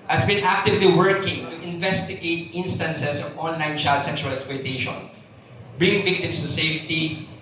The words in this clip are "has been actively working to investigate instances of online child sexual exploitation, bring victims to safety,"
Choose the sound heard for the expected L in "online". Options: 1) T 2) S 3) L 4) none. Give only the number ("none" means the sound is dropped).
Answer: 3